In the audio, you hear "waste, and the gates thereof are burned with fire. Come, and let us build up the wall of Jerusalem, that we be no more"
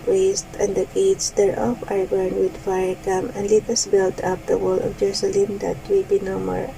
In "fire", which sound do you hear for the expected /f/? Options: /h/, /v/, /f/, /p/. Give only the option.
/f/